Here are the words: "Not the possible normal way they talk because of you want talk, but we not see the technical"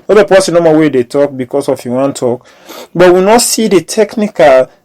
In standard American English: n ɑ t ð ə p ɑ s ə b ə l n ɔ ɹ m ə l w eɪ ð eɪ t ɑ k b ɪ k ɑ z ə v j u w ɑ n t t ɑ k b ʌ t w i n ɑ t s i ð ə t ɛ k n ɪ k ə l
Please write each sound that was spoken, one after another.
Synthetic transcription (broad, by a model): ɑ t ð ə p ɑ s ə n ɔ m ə w eɪ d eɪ t ɑ k b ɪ k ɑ s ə f j u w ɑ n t t ɑ k b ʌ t w i n ɑ t s i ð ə t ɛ k n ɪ k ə l